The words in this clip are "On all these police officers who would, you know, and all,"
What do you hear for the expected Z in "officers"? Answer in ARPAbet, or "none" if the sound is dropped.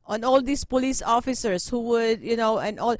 S